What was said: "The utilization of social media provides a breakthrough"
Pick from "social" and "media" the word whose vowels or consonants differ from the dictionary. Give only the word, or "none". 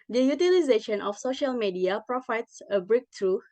none